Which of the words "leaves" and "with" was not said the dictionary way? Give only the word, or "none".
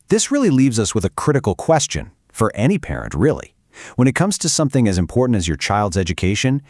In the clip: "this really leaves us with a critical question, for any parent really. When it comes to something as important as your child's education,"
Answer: none